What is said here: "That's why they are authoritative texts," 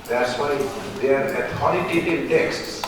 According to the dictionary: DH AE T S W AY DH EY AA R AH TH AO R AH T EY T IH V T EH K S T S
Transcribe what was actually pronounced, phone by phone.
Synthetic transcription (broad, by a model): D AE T S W AY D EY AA R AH T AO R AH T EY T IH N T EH K S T S